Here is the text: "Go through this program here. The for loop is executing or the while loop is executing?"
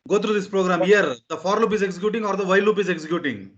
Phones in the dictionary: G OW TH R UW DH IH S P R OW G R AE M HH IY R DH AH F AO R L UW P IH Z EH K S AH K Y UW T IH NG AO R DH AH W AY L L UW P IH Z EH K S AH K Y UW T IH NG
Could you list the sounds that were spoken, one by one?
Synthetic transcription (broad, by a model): G OW T R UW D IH S P R OW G R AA M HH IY R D AH F AO R L UW P IH Z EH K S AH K Y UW T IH NG AO R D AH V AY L L UW P IH Z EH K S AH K Y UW T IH NG